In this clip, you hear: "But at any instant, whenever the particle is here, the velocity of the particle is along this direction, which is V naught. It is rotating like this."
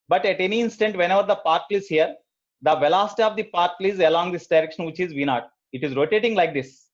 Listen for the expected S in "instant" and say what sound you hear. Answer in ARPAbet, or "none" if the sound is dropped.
S